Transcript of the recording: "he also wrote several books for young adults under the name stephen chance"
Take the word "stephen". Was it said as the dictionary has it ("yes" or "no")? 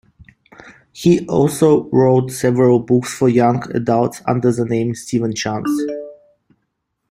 yes